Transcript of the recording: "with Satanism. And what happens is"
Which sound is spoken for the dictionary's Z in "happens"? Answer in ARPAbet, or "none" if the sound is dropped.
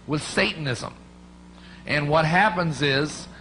Z